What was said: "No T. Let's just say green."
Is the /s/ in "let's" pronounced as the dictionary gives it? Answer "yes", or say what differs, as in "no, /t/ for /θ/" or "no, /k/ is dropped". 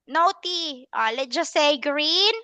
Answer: no, /s/ is dropped